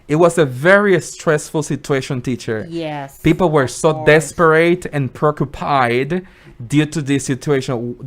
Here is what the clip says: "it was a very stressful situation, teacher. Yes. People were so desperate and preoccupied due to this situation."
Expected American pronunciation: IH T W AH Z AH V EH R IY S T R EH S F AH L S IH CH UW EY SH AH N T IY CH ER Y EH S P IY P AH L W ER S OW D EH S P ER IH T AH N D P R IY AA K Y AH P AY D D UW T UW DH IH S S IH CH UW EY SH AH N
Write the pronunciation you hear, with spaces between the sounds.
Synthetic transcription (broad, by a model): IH T W AH Z AH V EH R IY S T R EH S F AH L S IH CH UW EY SH AH N T IY CH ER Y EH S P IY P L W ER S OW D EH S P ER IH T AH N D P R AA K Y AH P AY D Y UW T UW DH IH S S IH CH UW EY SH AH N